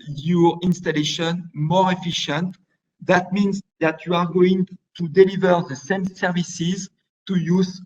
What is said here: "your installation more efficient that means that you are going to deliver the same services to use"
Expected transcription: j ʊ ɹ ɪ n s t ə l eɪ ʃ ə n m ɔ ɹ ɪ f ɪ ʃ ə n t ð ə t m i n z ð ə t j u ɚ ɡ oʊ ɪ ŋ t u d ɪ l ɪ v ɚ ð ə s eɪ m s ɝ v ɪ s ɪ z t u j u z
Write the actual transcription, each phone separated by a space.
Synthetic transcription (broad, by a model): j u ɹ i n s t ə l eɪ ʃ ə n m ɔ ɹ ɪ f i ʃ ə n t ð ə t m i n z ð ə t j u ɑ ɡ oʊ ɪ ŋ t u d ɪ l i v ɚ ð ə s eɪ m s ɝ v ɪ s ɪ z t u j u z